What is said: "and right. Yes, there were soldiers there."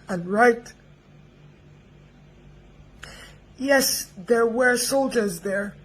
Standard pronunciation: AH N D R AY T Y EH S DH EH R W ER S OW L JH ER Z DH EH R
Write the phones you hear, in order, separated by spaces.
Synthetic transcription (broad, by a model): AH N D R AY T Y EH S DH EH R W ER S OW L JH ER Z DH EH R